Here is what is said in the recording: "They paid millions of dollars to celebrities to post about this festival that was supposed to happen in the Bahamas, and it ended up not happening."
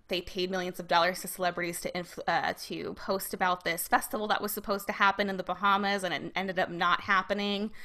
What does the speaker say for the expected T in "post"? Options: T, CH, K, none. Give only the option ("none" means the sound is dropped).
T